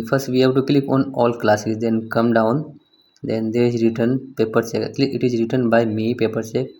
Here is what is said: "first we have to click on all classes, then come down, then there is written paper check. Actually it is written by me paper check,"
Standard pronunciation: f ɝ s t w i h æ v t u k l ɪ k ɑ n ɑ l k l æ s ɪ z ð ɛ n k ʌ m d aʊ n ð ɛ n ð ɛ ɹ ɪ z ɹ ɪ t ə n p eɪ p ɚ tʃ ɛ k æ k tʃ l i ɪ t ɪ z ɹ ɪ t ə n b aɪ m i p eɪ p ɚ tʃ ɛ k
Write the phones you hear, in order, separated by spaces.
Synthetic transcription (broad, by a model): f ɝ s t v i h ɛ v t u k l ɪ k ɑ n ɑ l k l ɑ s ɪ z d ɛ n k ʌ m d aʊ n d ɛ n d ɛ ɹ ɪ z ɹ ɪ t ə n p eɪ p ɚ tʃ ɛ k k l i ɪ t ɪ z ɹ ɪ t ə n b aɪ m i p eɪ p ɚ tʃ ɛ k